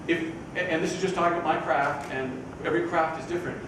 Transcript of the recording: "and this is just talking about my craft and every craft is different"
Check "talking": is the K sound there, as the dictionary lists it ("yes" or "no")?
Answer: no